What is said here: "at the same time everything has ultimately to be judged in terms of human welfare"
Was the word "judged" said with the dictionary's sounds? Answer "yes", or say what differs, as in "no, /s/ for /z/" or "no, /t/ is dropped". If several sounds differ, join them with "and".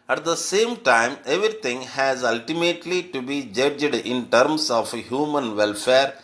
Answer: yes